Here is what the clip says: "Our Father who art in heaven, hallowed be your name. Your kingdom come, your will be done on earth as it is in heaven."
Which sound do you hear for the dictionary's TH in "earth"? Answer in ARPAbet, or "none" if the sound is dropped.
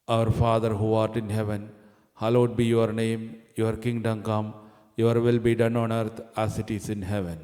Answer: T